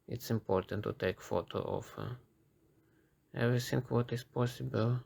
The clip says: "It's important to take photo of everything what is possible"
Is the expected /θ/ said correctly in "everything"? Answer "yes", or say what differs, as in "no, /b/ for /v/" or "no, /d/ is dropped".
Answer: no, /s/ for /θ/